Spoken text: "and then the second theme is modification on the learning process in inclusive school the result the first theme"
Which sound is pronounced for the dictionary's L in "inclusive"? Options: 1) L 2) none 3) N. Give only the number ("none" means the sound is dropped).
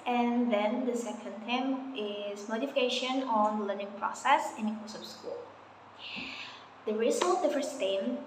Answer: 2